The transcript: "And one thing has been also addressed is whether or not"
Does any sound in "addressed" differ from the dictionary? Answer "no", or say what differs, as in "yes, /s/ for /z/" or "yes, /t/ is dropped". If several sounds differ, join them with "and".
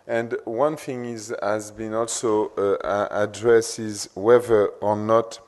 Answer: yes, /t/ is dropped